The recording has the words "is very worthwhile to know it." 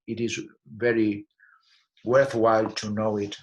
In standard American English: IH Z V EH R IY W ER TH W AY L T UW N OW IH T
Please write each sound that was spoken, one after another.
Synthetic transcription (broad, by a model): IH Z V EH R IY W ER TH W AY L T UW N OW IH T